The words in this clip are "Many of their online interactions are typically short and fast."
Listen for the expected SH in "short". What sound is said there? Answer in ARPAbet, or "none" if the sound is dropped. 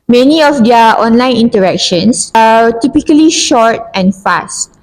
SH